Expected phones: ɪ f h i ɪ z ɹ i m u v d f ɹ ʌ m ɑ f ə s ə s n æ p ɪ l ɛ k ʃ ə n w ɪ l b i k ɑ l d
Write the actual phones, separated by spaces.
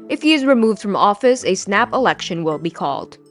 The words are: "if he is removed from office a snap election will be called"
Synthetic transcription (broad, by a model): ɪ f h i ɪ z ɹ i m u v d f ɹ ʌ m ɑ f ə s ə s n æ p ɪ l ɛ k ʃ ə n w ɪ l b i k ɑ l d